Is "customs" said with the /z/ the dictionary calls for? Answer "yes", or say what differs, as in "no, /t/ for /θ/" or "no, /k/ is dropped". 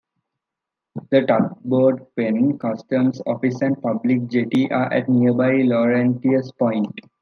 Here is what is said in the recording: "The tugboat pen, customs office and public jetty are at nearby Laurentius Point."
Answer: no, /s/ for /z/